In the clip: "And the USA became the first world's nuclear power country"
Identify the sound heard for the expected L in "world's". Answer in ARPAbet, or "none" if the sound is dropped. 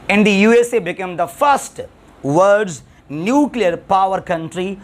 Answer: none